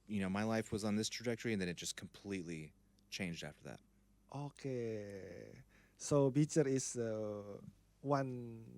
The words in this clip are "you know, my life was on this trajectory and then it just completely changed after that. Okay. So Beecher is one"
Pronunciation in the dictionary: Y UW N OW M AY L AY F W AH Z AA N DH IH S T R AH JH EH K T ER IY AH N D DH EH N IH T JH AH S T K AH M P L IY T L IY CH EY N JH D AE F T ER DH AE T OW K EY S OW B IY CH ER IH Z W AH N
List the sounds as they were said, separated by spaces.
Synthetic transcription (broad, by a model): Y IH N OW M AY L AY F W AH Z N DH IH S T R AH JH EH K T ER IY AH N DH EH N IH T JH AH S K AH M P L IY T L IY CH EY N JH D AE F T ER DH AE T OW K EY S OW B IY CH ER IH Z W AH N